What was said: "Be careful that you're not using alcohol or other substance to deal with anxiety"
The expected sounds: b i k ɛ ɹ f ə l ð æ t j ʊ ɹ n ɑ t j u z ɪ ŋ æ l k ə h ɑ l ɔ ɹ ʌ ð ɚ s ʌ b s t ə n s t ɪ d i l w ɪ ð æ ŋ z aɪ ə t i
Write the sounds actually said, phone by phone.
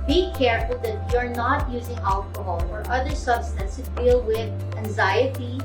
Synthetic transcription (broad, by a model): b i k ɛ ɹ f ə l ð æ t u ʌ ɹ n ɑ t j u z ɪ ŋ æ l k ə h ɑ l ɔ ɹ ʌ ð ɚ s ʌ b s t ə n s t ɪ d i l w ɪ ð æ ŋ z aɪ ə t i